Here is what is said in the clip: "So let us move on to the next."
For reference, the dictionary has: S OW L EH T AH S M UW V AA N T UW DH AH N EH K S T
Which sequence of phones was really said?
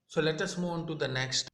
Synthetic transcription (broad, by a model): S OW L EH T AH S M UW IH N T UW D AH N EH K S T